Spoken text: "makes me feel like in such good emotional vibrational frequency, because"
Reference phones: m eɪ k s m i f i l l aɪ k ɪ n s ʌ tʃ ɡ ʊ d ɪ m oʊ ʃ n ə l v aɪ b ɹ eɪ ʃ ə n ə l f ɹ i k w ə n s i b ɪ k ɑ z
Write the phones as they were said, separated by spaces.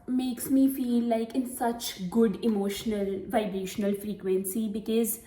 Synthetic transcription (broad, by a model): m eɪ k s m i f i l l aɪ k ɪ n s ʌ tʃ ɡ ʊ d ɪ m oʊ ʃ n ə l v aɪ b ɹ eɪ ʃ ə n ə l f ɹ i k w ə n s i b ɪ k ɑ z